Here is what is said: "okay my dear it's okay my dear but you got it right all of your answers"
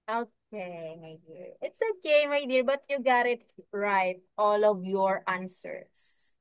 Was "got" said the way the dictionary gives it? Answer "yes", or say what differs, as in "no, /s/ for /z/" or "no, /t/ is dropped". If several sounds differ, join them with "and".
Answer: yes